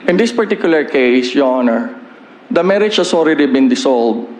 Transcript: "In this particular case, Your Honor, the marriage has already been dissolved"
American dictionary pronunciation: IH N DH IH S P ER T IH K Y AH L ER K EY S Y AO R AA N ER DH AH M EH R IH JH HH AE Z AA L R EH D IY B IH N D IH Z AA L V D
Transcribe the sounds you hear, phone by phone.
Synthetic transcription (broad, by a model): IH N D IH S P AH T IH K Y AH L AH K EY S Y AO AA N ER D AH M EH R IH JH HH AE S AA L R EH D IY B IH N D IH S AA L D